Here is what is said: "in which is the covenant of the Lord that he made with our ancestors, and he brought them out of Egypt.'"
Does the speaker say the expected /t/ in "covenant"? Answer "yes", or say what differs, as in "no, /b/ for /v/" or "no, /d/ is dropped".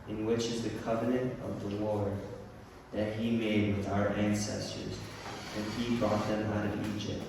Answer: yes